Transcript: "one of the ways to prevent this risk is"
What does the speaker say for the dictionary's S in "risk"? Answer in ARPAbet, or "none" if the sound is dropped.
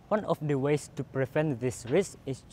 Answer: S